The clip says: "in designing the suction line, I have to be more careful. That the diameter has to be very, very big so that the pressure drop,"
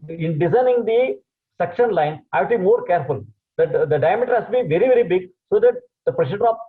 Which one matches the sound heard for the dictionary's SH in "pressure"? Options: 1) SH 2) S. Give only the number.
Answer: 2